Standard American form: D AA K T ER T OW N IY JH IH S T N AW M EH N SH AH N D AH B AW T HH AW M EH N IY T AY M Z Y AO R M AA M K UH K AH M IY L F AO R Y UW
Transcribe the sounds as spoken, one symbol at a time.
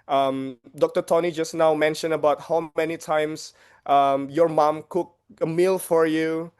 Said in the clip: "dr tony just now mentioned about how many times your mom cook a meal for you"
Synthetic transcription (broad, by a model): D AA K T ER T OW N IY JH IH S N AW M EH N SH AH N AH B AW T HH AW M EH N IY T AY M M Y AO R M AA M K UH K AH M IY L F AO R Y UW